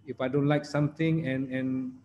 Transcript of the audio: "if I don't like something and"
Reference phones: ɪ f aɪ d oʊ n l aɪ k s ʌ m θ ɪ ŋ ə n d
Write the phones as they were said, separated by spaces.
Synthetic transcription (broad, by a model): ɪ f aɪ d oʊ n l aɪ k s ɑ m t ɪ ŋ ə n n